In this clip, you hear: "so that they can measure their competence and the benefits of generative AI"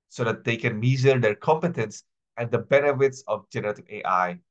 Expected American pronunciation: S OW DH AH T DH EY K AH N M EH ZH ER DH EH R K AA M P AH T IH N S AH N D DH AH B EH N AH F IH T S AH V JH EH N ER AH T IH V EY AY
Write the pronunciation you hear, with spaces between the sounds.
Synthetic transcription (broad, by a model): S OW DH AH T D EY K AH N M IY Z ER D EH R K AA M P AH T IH N S AH N D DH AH B EH N AH F IH T S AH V JH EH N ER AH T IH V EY AY